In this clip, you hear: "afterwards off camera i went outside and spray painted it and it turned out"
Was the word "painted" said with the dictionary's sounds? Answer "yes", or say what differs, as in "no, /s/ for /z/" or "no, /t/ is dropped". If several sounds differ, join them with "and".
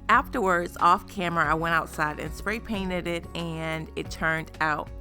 yes